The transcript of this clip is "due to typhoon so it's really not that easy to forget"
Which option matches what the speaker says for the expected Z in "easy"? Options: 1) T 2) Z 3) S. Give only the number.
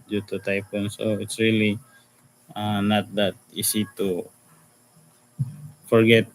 3